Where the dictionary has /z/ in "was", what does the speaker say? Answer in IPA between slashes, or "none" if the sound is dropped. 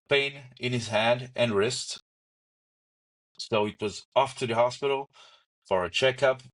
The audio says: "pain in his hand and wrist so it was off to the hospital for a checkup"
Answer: /z/